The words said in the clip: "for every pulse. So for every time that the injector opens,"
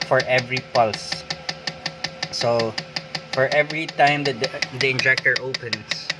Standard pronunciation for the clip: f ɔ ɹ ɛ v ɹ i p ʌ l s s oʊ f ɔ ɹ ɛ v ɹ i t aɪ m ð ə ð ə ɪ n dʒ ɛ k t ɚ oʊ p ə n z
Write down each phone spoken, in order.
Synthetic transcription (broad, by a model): f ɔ ɹ ɛ v ɹ i p ʌ l s s oʊ f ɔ ɹ ɛ v ɹ i t aɪ m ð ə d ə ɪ n dʒ ɛ k t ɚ oʊ p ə n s